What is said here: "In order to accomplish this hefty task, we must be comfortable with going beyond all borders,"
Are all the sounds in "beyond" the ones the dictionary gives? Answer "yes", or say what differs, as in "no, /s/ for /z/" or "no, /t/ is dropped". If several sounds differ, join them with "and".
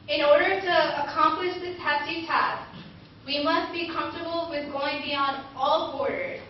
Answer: yes